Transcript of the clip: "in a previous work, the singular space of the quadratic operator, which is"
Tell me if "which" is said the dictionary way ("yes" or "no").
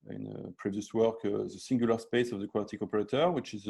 yes